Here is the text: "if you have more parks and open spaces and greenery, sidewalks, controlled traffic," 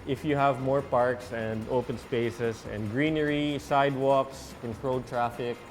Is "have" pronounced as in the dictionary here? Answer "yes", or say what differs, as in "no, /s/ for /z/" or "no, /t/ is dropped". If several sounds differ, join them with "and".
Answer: yes